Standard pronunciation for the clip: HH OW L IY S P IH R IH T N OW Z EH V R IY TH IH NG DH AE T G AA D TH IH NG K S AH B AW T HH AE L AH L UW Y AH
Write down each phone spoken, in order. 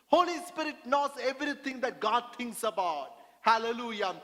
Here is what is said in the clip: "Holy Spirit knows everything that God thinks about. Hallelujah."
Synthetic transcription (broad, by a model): HH OW L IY S P IH R IH T N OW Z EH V R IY T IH NG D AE T G AA D T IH NG K S AH B AW T HH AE L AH L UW Y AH